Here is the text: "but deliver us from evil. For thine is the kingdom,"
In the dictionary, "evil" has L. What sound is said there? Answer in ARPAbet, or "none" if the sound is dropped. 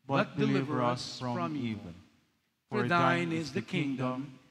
N